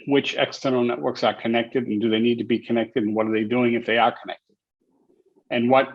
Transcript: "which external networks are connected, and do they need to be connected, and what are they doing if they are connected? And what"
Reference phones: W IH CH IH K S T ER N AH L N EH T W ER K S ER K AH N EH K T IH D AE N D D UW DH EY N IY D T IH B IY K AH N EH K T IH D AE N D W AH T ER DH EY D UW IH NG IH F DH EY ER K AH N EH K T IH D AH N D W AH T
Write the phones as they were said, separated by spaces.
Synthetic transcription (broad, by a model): W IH CH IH K S T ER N L N EH T W ER K S ER K AH N EH K T IH D N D D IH DH EY N IY D T IH B IY K AH N EH K T IH D N W AH T ER DH EY D UW IH NG IH F DH EY ER K AH N EH K T IH D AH N W AH T